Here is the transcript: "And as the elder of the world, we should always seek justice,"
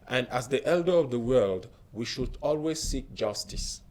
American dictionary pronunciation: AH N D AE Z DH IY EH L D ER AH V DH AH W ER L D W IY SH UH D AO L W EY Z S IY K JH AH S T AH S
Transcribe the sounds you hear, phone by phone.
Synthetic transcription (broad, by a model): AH N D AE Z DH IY EH L D ER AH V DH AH W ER L D W IY SH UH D AO L W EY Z S IY K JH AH S T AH S